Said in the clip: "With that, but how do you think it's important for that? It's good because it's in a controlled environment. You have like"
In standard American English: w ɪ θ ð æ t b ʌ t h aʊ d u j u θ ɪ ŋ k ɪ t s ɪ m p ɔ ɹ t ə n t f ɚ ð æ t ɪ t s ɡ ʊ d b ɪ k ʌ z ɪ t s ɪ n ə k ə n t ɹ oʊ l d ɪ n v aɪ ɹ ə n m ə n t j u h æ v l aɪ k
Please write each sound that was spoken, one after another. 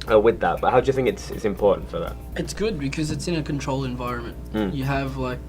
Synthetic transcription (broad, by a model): w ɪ ð æ t b ʌ t h aʊ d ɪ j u θ ɪ ŋ k ɪ t s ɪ m p ɔ ɹ t n t f ɚ ð æ t ɪ t s ɡ ʊ d b ɪ k ʌ z ɪ t s ɪ n ə k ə n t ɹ oʊ l ɪ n v aɪ ɹ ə n m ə n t j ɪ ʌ v l aɪ k